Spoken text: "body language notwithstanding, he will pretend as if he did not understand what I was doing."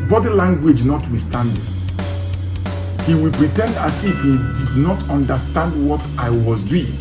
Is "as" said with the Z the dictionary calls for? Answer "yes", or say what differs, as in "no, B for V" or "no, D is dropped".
no, S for Z